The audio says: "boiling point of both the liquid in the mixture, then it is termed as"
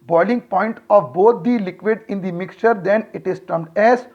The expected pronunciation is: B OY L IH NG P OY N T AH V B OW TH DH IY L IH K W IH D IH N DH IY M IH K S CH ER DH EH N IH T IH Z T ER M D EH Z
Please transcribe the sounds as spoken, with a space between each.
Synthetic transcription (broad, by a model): B OY L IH NG P OY N T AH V B OW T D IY L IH K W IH D IH N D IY M IH K S CH ER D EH N IH T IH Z T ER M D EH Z